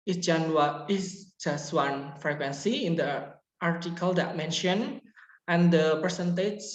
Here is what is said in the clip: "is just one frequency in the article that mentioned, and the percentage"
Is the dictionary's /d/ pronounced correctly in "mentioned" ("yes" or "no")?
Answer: no